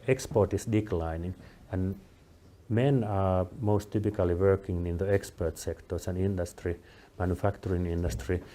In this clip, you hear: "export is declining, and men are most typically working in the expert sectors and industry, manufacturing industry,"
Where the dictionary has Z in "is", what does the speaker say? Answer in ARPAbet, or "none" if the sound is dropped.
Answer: S